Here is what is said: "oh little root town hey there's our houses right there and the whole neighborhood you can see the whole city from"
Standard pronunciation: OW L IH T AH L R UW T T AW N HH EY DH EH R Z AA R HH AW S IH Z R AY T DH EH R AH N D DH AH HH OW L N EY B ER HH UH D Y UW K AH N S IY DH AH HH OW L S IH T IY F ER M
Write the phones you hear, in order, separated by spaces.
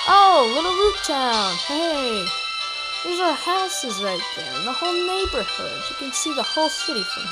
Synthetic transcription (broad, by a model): OW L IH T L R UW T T AW N HH EY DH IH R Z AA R HH AW S IH Z R AY T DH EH R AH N DH AH HH OW L N EY B ER HH UH D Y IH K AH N S IY DH AH HH OW L S IH T IY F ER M